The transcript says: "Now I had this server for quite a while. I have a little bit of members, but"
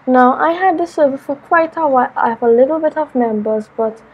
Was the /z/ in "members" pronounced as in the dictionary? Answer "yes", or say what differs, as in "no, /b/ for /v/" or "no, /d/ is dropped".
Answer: yes